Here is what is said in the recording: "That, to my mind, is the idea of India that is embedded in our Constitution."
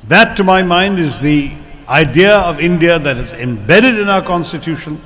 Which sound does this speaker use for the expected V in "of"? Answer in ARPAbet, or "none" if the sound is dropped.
V